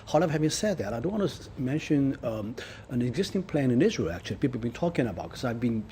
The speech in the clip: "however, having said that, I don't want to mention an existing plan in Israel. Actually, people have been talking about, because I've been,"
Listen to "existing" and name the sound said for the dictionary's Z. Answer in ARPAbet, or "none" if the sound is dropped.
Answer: Z